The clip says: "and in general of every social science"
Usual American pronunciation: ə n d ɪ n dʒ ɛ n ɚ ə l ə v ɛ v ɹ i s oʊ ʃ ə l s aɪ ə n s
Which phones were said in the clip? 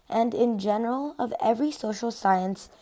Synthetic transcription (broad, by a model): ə n d ɪ n dʒ ɛ n ɚ ə l ə v ɛ v ɹ i s oʊ ʃ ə l s aɪ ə n s